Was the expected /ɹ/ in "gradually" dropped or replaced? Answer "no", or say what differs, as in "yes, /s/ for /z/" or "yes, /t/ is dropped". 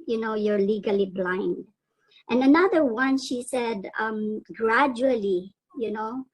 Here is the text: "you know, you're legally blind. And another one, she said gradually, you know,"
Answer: no